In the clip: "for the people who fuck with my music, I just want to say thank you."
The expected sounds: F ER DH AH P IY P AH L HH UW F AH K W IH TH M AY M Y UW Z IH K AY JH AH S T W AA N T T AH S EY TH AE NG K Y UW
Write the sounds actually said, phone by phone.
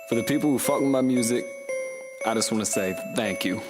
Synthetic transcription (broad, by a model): F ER DH AH P IY P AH L HH UW F AH K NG M AY M Y UW Z IH K AY JH AH S T W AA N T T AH S EY TH AE NG K Y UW